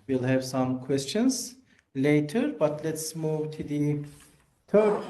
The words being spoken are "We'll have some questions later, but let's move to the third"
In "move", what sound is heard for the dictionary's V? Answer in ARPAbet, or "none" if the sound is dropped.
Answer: V